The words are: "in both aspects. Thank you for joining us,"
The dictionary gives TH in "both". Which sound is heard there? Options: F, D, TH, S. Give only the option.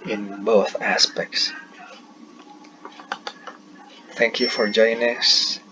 TH